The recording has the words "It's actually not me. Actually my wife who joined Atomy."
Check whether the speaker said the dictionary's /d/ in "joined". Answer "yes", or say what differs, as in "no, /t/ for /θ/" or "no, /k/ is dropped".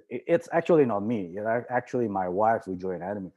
no, /d/ is dropped